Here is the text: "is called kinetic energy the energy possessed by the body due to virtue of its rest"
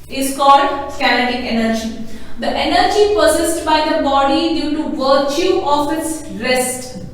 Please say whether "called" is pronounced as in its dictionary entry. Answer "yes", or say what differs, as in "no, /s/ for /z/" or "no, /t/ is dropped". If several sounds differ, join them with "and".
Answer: yes